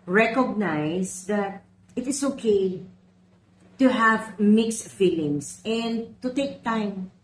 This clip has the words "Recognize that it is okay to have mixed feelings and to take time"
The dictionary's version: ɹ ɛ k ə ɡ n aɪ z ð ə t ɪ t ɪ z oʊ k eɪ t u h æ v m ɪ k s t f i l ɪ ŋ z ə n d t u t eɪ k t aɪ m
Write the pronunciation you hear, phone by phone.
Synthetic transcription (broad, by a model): ɹ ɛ k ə ɡ n aɪ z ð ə t ɪ t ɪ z oʊ k eɪ t u h æ v m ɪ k s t f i l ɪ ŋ s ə n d t u t eɪ k t aɪ m